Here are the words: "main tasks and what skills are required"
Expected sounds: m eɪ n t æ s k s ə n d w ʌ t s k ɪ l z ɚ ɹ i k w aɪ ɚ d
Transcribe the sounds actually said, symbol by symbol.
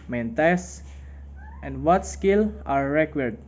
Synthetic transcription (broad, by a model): m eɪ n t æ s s ə n d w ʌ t s k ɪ l ɑ ɹ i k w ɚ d